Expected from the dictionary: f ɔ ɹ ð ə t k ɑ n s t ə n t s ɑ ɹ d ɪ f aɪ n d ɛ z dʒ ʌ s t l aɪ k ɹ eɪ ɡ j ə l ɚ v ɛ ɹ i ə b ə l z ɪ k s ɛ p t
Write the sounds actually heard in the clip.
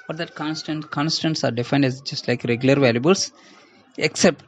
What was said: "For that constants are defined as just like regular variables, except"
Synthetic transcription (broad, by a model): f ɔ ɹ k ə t k ɑ n s t ə n t s ɑ ɹ d ɪ f aɪ n d ɛ z dʒ ʌ s t l aɪ k ɹ eɪ ɡ j ə l ɚ v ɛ l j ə b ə l s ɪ k s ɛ p t